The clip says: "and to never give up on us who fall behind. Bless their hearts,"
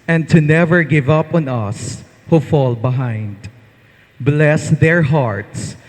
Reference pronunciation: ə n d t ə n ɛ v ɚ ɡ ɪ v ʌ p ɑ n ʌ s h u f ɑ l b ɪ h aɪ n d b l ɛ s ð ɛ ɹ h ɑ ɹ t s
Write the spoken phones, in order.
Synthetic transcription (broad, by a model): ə n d t ə n ɛ v ɚ ɡ ɪ v ʌ p ɑ n ʌ s h u f ɑ l b ɪ h aɪ n d b l ɛ s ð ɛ ɹ h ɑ ɹ t s